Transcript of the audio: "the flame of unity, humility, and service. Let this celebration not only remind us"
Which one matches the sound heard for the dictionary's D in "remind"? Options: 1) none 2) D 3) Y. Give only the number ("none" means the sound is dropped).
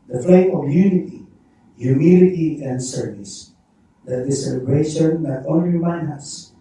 1